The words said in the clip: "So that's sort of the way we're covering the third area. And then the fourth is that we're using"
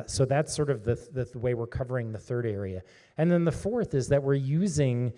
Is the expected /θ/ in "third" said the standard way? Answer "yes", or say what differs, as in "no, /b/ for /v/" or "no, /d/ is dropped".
yes